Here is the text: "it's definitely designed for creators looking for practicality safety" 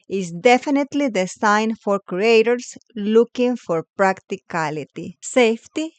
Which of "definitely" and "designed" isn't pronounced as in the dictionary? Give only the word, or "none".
designed